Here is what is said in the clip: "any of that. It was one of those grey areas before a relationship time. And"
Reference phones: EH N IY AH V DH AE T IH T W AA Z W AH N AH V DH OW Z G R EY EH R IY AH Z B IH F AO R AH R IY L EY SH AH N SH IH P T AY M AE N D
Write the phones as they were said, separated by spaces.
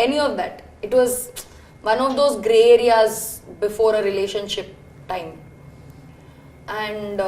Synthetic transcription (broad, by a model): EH N IY AH V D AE T IH T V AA Z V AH N AH V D OW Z G R EY EH R IY AH Z B IH F AO R AH R IY L EY SH AH N SH IH P T AY M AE N D